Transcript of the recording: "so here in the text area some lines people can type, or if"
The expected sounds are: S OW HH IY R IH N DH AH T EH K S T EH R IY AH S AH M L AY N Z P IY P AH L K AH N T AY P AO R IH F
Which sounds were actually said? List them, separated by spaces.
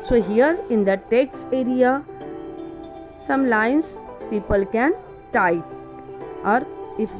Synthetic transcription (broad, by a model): S OW HH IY R IH N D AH T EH K S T EH R IY AH S AH M L AY N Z P IY P AH L K AH N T AY AO R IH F